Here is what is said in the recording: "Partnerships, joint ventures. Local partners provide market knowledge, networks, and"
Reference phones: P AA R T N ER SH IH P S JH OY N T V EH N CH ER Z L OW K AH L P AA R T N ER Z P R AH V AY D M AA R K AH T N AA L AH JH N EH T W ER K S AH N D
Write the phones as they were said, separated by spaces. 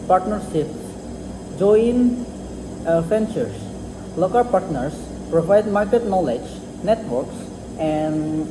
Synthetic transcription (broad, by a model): P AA R T N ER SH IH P S JH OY N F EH N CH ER S L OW K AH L P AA R T N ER S P R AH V AY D M AA R K AH T N AA L AH JH N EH T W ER K S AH N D